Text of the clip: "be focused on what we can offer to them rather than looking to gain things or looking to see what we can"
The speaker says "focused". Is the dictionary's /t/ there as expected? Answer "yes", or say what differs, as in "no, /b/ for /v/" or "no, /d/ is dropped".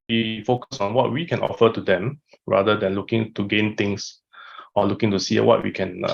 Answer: no, /t/ is dropped